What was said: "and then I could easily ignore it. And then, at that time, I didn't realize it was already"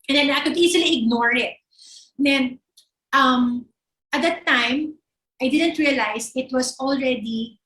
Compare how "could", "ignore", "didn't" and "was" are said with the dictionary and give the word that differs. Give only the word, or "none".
was